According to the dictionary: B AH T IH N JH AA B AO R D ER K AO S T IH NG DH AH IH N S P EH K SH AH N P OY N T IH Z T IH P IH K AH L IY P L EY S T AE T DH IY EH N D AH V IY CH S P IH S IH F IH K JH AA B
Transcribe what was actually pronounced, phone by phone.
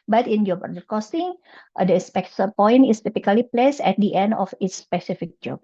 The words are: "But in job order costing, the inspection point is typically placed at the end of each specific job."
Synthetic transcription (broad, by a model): B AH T IH N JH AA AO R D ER K AO S T IH NG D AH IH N S P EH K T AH P OY N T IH S T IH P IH K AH L IY P L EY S EH T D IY EH N D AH F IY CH S P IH S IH F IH K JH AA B